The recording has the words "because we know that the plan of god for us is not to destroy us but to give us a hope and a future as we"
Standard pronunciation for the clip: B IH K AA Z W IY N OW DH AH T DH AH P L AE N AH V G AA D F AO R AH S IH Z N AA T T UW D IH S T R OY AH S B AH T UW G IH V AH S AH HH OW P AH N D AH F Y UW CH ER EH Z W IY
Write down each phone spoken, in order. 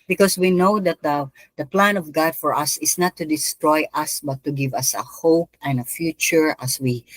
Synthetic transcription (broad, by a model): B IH K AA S W IY N OW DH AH T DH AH P L AE N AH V G AA D F AO R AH S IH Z N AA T T UW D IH S T R OY AH S B AH T UW G IH V AH S AH HH OW P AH N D AH F Y UW CH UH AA S W IY